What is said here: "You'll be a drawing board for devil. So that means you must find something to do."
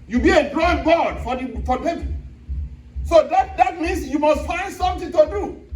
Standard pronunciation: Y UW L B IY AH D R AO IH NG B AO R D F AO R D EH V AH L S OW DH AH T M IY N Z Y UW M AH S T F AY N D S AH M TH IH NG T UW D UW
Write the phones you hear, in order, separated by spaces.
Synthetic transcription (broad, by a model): Y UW B IY AH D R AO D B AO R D F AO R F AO P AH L S OW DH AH T M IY N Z Y UW M AH S T F AY N D S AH M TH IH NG T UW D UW